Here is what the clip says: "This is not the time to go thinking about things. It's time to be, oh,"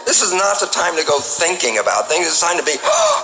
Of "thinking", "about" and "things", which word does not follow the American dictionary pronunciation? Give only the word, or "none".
none